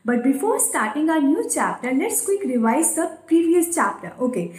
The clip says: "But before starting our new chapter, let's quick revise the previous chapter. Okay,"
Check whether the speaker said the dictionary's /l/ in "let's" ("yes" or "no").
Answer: no